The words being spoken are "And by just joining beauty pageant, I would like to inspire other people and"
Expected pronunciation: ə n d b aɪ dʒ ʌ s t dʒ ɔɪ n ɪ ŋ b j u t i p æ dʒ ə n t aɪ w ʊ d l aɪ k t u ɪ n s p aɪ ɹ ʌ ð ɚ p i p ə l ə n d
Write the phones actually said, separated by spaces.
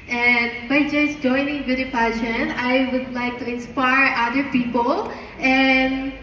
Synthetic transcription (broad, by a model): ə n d b aɪ dʒ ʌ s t dʒ ɔɪ n ɪ ŋ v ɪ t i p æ ʃ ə n aɪ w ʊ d l aɪ k t u ɪ n s p aɪ ɹ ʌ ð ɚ p i p ə l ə n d